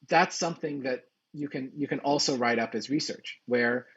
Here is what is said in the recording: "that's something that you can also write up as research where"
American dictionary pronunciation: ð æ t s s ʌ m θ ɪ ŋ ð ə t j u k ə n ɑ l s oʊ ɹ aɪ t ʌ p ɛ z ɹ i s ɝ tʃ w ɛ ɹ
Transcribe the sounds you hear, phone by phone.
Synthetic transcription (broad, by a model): ð æ t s s ʌ m θ ɪ ŋ ð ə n j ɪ k ə n ɑ l s oʊ ɹ aɪ t ʌ p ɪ z ɹ i s ɝ tʃ w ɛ ɹ